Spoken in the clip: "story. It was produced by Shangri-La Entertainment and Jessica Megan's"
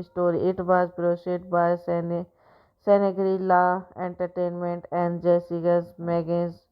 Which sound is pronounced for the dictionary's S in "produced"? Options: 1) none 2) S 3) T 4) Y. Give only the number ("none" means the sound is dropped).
1